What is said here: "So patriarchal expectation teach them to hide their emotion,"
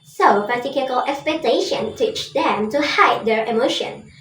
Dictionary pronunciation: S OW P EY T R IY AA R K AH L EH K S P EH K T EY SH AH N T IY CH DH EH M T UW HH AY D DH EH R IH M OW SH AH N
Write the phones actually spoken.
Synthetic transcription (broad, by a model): S OW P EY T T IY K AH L EH K S P EH K T EY SH AH N T IY CH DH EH M T UW HH AY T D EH R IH M OW SH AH N